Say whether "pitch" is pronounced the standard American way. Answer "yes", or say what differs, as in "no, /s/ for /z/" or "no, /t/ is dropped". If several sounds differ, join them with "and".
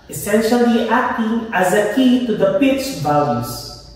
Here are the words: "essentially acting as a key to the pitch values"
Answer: yes